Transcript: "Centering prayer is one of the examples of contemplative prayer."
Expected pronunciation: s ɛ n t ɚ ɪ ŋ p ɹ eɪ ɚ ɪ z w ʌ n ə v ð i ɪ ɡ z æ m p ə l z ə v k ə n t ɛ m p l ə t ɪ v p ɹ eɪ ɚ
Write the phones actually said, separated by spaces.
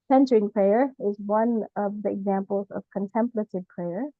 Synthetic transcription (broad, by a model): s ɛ n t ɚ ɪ ŋ p ɹ eɪ ɚ ɪ z w ʌ n ə v ð i ɪ ɡ z æ m p ə l z ə v k ə n t ɛ m p l ə t ɪ v p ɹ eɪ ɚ